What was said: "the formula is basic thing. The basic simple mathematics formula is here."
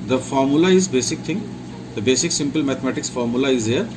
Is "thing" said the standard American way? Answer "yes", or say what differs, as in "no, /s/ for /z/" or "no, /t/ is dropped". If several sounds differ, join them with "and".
no, /t/ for /θ/